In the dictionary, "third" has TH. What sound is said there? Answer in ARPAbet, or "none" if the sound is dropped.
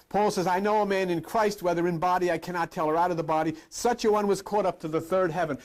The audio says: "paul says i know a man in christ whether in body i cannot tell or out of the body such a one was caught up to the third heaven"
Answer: TH